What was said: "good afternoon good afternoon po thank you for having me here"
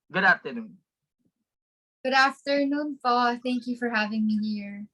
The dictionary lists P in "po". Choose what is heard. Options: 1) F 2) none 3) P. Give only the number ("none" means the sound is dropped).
1